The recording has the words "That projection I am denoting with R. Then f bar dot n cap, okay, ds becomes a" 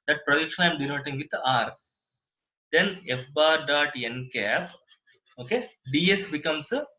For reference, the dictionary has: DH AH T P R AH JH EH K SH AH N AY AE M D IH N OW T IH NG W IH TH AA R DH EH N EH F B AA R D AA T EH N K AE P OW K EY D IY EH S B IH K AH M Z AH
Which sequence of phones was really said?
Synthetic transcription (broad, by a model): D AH T P R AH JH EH K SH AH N AY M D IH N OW T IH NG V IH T AA R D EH N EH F B AA R D AA T EH N K AE P OW K EY D IY EH S B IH K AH M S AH